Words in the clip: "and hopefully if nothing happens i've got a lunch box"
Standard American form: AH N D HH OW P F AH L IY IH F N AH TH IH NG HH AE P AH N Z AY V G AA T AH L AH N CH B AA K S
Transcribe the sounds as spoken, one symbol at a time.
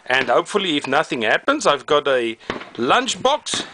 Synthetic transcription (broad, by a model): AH N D HH OW P F AH L IY IH F N AH TH IH NG HH AE P AH N Z AY V G AA T AH L AH N CH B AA K S